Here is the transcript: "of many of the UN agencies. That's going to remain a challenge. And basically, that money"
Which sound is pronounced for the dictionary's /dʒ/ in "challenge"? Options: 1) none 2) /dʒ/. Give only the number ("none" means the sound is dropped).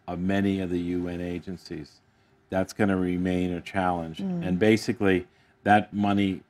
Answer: 2